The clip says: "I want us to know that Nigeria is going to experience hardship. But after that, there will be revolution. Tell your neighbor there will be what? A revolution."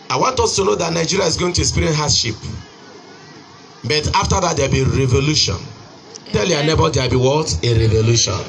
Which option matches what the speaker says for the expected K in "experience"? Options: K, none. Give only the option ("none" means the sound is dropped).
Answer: none